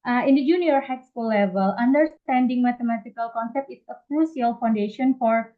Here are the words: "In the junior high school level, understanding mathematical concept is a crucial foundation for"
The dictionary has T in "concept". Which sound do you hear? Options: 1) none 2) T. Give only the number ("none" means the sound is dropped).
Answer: 2